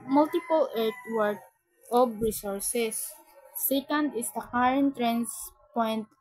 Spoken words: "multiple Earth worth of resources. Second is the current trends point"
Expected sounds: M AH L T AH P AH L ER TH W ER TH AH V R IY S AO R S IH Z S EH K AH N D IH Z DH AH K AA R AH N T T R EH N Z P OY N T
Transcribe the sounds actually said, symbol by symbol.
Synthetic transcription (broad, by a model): M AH L T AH P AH L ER T W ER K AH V R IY S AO R S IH S EH K AH N D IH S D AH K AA R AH N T T R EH N S P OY N T